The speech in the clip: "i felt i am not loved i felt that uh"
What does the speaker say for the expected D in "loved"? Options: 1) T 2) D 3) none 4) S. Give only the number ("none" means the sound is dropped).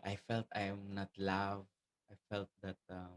3